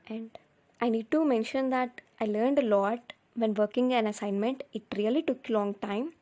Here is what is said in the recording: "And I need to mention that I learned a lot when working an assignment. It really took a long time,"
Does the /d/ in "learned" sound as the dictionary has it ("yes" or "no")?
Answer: yes